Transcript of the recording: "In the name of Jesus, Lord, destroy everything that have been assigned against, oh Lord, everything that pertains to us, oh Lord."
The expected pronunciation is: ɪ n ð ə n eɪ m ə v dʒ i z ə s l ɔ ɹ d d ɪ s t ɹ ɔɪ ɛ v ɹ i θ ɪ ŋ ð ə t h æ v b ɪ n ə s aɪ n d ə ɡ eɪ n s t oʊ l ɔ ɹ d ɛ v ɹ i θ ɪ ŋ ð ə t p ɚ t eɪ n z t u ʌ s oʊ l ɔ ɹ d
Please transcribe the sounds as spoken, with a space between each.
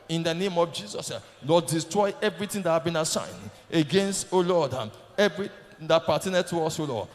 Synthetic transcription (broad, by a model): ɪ n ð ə n eɪ m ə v dʒ i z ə s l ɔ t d d ɪ s t ɹ ɔɪ ɛ v ɹ i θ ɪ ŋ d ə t h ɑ b ɪ n ə s aɪ n d ə ɡ eɪ n s t oʊ l ɔ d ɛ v ɹ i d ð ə t p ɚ t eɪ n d t u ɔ s oʊ l ɔ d